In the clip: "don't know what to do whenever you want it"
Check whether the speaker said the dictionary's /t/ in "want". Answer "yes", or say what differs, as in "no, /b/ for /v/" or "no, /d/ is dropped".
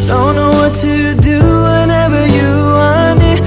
no, /t/ is dropped